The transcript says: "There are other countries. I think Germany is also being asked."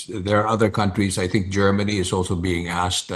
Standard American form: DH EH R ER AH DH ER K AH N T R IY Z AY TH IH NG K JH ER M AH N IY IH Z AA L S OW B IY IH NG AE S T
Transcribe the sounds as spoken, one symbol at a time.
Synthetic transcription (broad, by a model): DH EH R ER AH DH ER K AH N T R IY Z AY TH IH NG K JH ER M AH N IY IH Z AA L S OW B IY IH NG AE S T